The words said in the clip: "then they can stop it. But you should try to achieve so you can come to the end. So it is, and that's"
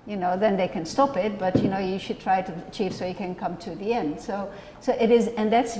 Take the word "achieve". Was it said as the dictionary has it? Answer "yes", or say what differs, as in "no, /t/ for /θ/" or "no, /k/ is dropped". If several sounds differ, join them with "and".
yes